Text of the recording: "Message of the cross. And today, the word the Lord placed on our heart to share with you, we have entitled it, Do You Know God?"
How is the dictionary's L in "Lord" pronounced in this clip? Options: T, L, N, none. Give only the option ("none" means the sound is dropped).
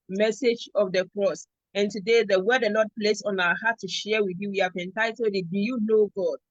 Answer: N